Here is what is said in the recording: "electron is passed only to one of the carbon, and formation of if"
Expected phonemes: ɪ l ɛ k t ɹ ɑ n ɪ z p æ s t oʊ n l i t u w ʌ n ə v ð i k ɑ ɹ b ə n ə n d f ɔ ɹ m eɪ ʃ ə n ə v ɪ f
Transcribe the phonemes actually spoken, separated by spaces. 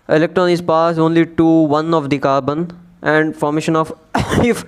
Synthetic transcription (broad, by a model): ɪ l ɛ k t ɹ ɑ n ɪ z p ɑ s oʊ n l i t u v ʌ n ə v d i k ɑ ɹ b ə n ə n d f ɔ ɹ m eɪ ʃ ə n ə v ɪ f